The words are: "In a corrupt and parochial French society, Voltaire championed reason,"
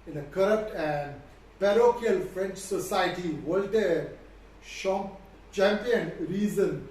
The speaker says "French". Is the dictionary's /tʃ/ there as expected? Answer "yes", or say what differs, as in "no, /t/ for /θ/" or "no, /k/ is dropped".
yes